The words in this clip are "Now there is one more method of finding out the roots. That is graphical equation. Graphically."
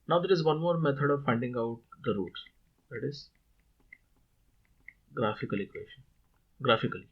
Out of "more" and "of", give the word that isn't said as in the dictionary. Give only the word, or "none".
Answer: none